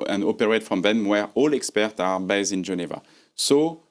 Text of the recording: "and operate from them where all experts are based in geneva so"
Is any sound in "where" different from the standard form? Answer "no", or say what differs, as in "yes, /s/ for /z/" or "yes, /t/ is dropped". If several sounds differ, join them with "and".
no